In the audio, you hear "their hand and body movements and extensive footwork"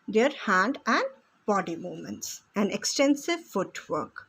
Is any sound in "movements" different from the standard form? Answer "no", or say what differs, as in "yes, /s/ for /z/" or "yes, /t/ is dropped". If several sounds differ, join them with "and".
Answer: yes, /v/ is dropped